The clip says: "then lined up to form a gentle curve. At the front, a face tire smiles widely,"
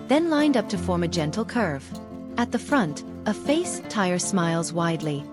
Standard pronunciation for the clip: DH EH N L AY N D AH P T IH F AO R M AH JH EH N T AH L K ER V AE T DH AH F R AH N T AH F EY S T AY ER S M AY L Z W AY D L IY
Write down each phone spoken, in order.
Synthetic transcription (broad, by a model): DH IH N L AY N D AH P T IH F AO R M AH JH EH N T L K ER V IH T DH AH F R AH N T AH F EY S T AY ER S M AY L Z W AY D L IY